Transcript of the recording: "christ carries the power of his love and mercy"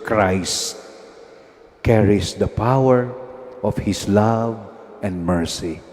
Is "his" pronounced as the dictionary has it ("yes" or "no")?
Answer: no